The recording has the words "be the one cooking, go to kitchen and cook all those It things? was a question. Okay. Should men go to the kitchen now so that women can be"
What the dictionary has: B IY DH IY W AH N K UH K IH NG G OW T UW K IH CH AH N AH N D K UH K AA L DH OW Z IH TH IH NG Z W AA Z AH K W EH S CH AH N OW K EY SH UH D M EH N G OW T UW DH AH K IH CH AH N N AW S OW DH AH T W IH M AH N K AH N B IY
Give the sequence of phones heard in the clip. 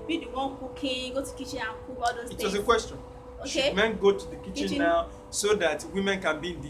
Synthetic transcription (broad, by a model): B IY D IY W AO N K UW K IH G OW T UW K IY CH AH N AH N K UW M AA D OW IH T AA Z AH K W EH S CH AH N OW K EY M EH N G OW T UW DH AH K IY CH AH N N AW S OW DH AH T W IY M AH N K AH N B IY